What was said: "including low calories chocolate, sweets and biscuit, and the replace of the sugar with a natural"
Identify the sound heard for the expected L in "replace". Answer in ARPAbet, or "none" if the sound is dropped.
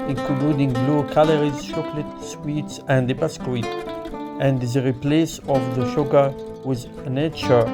L